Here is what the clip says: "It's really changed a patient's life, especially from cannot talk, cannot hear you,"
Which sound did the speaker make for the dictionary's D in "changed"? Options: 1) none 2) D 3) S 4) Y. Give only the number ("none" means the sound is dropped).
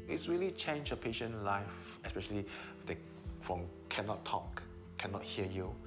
1